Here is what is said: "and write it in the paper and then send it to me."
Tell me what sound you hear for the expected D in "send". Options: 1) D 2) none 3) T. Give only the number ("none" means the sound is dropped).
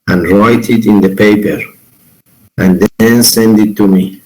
1